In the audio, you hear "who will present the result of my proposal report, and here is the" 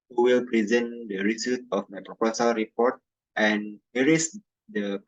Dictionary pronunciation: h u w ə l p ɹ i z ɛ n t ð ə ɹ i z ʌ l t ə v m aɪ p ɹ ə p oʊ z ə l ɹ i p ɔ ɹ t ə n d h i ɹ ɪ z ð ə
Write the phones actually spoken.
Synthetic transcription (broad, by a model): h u w ə l p ɹ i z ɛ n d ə ɹ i s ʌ t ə f m aɪ p ɹ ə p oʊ s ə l ɹ i p ɔ ɹ t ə n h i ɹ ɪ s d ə